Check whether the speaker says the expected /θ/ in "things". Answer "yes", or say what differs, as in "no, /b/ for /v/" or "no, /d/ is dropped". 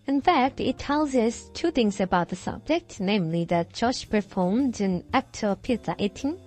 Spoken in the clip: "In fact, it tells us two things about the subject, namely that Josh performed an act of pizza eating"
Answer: yes